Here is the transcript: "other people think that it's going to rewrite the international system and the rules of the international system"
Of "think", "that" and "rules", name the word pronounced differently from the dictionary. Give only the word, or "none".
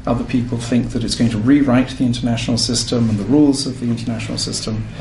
none